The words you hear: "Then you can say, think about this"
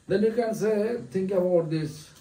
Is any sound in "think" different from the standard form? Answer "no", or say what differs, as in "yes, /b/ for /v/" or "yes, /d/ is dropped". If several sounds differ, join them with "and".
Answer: yes, /t/ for /θ/